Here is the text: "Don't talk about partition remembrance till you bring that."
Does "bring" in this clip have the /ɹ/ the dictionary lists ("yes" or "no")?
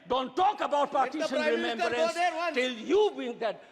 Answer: no